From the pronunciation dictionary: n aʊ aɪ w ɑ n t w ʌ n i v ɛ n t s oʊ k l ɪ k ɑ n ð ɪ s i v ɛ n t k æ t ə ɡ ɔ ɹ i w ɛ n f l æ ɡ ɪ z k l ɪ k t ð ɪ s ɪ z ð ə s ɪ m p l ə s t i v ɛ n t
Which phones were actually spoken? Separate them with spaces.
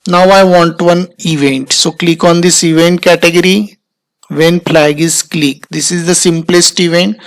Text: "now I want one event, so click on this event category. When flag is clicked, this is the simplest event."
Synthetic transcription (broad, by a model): n aʊ aɪ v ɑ n t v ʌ n i v ɛ n t s oʊ k l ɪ k ɑ n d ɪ s i v ɛ n t k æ t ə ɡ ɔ ɹ i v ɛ n p l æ ɡ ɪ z k l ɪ k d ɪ s ɪ z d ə s ɪ m p l ə s t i v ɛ n t